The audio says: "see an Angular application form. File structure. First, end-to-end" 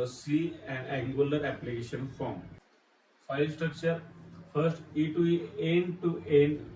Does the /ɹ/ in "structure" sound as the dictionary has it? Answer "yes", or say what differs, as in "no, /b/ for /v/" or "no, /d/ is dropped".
yes